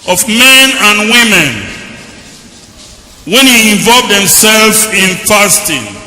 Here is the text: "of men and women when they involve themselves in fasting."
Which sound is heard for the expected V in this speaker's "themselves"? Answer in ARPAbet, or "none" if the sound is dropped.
none